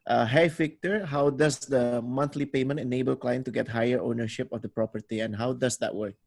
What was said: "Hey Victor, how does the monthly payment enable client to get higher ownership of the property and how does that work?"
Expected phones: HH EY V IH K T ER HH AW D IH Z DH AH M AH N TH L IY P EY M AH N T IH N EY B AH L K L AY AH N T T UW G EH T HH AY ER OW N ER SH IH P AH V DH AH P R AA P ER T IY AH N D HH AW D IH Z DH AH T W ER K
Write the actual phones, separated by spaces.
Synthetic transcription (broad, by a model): HH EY F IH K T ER HH AW D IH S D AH M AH N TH L IY P EY M AH N T IH N EY B AH L K L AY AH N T T UW G EH T HH AY ER OW N ER SH IH P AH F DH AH P R AA P ER T IY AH N HH AW D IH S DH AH T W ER K